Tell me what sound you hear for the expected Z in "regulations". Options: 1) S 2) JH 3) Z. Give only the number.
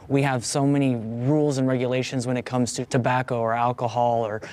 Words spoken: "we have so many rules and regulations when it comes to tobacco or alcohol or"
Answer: 3